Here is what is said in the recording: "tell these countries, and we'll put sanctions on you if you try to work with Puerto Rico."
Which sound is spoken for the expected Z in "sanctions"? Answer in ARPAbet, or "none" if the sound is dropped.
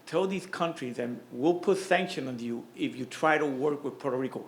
none